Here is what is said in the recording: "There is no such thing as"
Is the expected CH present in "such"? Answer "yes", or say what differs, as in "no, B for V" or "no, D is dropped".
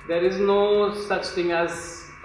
yes